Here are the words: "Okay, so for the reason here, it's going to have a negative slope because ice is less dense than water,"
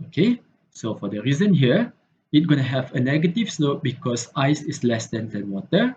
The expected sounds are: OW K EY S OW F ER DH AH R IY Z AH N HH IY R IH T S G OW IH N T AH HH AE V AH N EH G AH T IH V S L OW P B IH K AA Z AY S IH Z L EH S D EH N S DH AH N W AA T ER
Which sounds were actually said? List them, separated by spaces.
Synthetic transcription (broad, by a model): OW K EY S OW F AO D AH R IY Z AH N HH IY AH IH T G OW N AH HH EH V AH N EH G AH T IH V S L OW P B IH K AA S AY S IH S L EH S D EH N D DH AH N W AA T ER